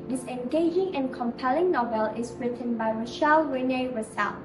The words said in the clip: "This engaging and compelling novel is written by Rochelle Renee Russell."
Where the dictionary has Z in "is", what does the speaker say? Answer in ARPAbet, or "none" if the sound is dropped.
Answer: S